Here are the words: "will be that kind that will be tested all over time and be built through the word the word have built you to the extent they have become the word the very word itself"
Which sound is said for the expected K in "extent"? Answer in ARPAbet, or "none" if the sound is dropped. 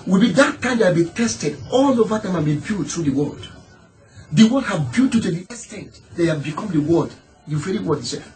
none